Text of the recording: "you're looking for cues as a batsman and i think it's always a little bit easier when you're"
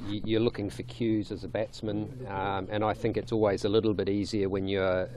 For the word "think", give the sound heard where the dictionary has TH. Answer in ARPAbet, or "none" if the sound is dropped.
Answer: TH